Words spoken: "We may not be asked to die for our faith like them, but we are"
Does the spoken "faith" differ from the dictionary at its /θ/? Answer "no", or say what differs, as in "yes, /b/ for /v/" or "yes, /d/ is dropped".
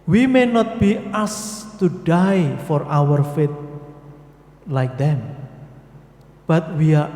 yes, /t/ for /θ/